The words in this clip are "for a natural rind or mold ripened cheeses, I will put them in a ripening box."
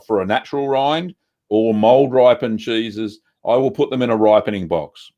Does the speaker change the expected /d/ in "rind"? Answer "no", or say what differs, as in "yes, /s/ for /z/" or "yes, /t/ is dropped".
no